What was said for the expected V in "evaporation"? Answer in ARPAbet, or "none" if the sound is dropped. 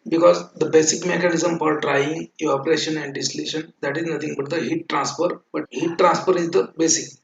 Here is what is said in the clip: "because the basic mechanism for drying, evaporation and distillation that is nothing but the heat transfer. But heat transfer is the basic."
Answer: none